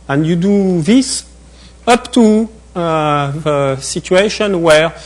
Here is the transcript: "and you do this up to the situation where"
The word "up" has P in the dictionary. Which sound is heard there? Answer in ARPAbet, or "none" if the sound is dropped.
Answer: P